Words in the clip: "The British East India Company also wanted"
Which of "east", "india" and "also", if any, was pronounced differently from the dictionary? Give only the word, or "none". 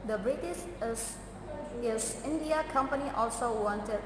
east